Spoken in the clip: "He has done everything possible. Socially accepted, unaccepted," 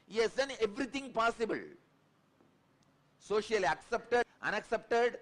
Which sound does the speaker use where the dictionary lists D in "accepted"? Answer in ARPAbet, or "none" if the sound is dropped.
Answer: none